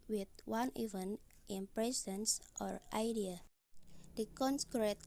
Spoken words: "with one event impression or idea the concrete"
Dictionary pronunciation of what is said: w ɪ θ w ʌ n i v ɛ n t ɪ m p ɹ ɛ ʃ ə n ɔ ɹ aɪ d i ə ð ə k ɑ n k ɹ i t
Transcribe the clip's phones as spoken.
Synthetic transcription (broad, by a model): w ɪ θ w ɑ n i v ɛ n t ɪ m p ɹ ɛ s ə n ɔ ɹ aɪ d i ə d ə k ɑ n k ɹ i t